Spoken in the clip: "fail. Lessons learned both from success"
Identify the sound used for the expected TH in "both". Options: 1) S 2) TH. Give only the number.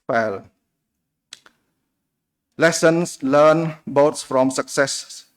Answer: 1